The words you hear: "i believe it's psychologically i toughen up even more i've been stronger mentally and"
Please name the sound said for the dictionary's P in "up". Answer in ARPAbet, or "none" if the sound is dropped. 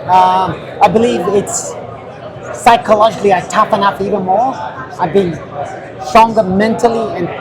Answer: F